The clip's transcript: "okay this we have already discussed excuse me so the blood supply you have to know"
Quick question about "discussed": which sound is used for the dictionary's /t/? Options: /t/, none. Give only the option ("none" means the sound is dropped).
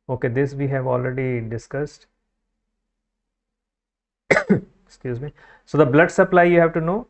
/t/